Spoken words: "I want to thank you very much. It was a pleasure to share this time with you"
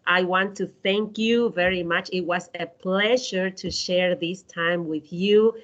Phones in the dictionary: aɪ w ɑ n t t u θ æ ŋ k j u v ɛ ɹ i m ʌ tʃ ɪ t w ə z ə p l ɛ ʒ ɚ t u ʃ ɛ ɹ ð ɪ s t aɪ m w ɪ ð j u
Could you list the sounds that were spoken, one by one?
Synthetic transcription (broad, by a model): aɪ w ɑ n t t u θ æ ŋ k j u v ɛ ɹ i m ʌ tʃ ɪ t w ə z ə p l ɛ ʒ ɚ t u ʃ ɛ ɹ ð ɪ s t aɪ m w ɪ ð j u